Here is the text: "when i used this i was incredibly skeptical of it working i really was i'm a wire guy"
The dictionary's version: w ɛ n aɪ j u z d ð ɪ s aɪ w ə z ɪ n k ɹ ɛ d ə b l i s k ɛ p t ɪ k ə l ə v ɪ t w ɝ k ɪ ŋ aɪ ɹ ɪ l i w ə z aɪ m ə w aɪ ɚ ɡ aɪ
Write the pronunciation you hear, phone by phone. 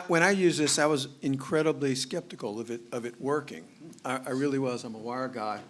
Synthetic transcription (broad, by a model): w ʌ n aɪ j u z ð ɪ s aɪ w ə z ɪ n k ɹ ɛ d ə b l i s k ɛ p t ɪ k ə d ə v ɪ t w ɝ k ɪ ŋ aɪ ɹ ɪ l i w ə z aɪ m ə w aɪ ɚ ɡ aɪ